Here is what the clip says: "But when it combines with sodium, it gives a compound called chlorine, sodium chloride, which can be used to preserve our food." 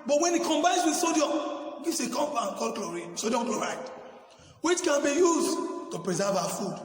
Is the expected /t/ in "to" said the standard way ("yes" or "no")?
yes